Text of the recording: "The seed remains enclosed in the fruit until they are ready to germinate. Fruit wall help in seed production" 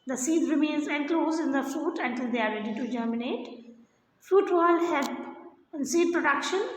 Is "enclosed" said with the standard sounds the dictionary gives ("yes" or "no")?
no